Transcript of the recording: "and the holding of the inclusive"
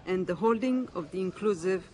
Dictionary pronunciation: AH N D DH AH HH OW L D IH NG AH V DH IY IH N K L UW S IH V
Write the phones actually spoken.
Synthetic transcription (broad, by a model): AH N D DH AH HH OW L D IH NG AH V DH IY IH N K L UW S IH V